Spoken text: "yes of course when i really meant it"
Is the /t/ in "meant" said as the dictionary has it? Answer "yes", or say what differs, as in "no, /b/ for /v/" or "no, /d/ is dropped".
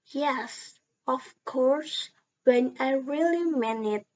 no, /t/ is dropped